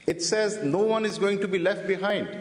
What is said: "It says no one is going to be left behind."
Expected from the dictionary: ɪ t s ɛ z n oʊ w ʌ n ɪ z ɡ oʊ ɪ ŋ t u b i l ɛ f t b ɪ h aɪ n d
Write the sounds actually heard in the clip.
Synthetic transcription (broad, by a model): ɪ t s ɛ z n oʊ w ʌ n ɪ z ɡ oʊ ɪ ŋ t u b i l ɛ f t b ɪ h aɪ n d